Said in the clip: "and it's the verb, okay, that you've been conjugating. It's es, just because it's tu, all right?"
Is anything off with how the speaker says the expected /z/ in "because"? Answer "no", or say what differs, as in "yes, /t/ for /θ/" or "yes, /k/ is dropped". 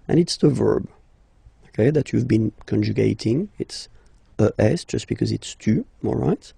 no